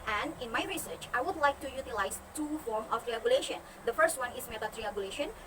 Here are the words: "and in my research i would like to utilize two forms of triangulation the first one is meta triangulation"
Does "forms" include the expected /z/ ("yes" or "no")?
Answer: no